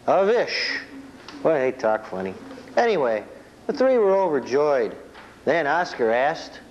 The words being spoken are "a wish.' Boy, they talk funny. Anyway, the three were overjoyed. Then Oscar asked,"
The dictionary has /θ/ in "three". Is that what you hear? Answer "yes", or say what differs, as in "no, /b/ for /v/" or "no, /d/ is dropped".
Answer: yes